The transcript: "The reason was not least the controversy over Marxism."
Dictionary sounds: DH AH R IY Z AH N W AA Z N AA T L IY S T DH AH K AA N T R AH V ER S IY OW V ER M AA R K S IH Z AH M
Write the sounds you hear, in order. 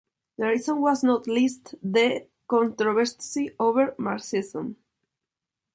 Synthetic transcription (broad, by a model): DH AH R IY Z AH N W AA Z N AA T L IY S T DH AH K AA N T R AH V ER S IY OW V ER M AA R S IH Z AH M